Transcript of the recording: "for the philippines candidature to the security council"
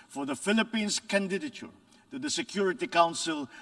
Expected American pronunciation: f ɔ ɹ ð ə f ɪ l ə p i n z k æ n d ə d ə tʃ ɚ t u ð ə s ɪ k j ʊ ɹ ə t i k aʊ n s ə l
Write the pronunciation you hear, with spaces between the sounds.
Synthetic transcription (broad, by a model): f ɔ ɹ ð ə f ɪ l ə p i n s k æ n d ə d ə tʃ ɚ t u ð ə s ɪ k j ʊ ɹ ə t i k aʊ n s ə l